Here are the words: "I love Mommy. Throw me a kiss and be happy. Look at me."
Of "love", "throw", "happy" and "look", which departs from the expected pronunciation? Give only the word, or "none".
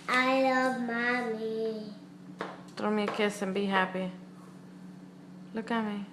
throw